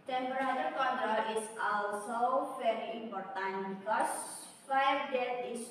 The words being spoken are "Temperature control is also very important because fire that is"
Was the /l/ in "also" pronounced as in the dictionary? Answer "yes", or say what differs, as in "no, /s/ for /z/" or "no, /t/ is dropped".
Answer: yes